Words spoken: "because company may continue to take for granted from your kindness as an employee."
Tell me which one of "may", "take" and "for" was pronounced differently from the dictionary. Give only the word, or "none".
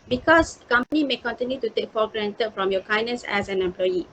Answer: for